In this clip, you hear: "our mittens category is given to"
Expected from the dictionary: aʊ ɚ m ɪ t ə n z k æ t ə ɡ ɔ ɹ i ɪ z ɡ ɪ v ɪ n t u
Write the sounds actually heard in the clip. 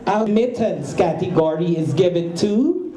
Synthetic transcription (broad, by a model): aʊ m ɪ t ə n s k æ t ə ɡ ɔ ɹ i ɪ z ɡ ɪ v ɪ n t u